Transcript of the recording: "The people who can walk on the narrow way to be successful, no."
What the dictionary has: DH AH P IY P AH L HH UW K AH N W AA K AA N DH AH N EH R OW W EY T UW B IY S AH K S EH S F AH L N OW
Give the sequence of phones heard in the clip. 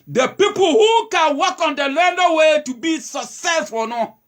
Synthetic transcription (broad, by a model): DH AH P IY P AH L HH UW K AH N W AA K AA N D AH L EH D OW W EY T UW B IY S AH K S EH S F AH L N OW